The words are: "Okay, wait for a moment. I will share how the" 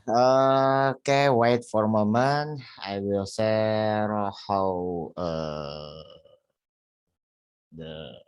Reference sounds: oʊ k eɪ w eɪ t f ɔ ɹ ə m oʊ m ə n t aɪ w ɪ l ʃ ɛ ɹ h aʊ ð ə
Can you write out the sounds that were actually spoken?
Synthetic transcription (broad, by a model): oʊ k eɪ w eɪ t f ɔ ɹ m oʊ m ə n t aɪ w ɪ l s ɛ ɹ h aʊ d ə